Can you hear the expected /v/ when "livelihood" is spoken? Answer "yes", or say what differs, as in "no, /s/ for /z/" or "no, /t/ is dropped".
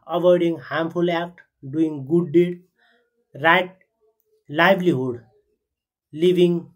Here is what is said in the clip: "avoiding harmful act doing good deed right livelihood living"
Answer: no, /b/ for /v/